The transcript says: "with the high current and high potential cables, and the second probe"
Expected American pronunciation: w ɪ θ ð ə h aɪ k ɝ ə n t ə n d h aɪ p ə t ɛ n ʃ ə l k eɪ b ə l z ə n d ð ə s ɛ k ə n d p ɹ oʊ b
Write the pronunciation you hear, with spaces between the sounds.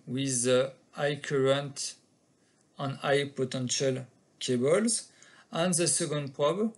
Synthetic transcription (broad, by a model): w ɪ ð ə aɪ k ɝ ə n t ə n aɪ p ə t ɛ n ʃ ə l k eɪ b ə l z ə n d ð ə s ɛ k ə n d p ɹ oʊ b